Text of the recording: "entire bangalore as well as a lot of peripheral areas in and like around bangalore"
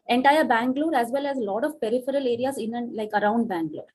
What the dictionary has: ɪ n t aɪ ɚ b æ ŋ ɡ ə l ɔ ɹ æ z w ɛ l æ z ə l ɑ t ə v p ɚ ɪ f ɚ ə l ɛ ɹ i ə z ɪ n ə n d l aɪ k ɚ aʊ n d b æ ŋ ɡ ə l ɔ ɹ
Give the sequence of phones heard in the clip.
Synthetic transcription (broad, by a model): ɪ n t aɪ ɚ b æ ŋ ɡ l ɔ ɹ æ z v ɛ l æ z l ɑ t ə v p ɚ ɪ f ɚ ə l ɛ ɹ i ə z ɪ n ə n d l aɪ k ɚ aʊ n d b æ ŋ ɡ l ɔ ɹ